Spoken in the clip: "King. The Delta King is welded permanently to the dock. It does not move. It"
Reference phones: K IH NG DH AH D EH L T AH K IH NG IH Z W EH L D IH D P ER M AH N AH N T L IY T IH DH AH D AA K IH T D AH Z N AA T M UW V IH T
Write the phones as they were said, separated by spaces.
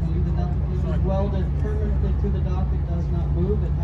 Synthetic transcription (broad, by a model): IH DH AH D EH T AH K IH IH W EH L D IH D P ER M AH N AH N T L IY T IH DH AH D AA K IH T D AH Z N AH T M UW V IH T